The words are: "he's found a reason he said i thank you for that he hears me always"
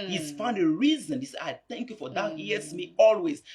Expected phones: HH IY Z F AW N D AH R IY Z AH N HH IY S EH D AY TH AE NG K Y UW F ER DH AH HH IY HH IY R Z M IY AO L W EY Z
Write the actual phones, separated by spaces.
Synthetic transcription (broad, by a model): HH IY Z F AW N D AH R IY Z AH N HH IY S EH AY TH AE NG K Y UW F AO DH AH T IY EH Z M IY AO L W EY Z